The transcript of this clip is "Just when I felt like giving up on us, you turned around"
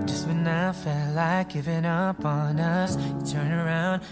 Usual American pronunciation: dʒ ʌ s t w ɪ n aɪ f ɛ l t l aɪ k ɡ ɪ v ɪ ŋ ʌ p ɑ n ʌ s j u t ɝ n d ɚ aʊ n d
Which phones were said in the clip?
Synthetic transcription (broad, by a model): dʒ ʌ s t w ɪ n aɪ f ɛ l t l aɪ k ɡ ɪ v ɪ ŋ ʌ p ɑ n ʌ s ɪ t ɝ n ɚ aʊ n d